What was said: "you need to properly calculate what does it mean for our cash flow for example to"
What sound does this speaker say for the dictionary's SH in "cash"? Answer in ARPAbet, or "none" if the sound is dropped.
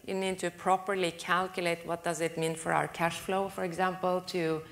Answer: SH